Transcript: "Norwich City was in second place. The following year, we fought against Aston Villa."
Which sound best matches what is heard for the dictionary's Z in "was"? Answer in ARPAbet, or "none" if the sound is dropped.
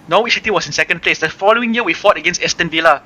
S